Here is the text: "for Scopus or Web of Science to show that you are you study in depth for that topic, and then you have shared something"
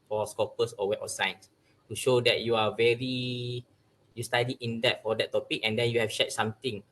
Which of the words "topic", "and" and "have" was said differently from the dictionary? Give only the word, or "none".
have